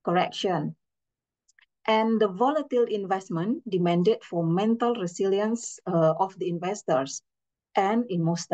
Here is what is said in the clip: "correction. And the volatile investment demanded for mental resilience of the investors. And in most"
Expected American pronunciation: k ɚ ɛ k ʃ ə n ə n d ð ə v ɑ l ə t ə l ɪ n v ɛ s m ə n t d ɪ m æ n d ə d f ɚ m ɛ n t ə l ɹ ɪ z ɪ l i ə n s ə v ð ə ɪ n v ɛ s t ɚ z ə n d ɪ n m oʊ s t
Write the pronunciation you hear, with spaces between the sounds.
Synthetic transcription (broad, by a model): k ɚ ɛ k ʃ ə n ə n d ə v ɑ l ə t ə l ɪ n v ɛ s m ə n d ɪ m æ n d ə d f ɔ m ɛ n t ə l ɹ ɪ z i l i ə n s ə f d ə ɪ n v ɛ s t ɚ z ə n ɪ n m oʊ s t